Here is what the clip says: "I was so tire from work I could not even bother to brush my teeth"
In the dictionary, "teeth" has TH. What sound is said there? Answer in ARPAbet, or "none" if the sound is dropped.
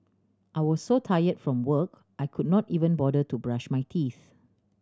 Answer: TH